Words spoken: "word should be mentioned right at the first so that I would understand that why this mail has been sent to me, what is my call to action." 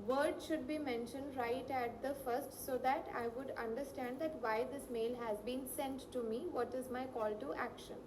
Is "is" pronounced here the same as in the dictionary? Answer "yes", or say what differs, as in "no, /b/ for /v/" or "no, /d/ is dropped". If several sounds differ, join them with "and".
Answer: yes